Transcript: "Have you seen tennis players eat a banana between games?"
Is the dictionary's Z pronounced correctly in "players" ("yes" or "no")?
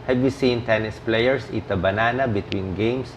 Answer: no